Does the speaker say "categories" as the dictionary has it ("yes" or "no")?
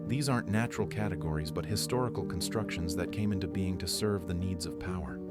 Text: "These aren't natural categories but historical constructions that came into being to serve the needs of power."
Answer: yes